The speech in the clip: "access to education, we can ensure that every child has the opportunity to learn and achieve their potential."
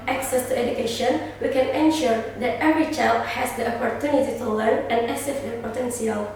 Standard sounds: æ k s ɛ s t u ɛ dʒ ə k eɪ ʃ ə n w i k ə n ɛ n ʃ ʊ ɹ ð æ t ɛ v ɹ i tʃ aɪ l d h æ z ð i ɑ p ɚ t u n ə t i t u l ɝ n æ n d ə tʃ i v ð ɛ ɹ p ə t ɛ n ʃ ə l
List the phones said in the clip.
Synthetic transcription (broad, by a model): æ k s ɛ s t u ɛ dʒ ə k eɪ ʃ ə n w i k ə n ɛ n ʃ ʊ ɹ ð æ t ɛ v ɹ i tʃ aɪ l d h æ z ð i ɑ p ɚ t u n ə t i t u l ɝ n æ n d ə s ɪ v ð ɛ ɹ p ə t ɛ n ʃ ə l